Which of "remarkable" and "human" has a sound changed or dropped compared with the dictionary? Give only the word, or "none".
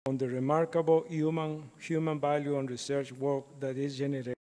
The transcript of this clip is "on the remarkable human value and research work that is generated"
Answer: remarkable